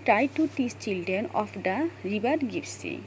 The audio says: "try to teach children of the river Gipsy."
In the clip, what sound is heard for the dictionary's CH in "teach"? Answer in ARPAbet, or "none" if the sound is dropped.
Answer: S